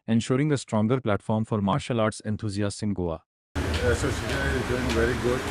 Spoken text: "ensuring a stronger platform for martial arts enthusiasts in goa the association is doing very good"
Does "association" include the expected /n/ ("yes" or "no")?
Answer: no